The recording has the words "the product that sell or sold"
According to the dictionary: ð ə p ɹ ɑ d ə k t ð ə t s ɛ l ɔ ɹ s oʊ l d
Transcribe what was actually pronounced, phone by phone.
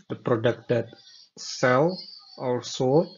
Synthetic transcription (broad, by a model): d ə p ɹ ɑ d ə k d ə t s ɛ l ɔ l s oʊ